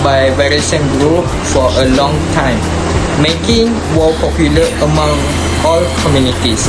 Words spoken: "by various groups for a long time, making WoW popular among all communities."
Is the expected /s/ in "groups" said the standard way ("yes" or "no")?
no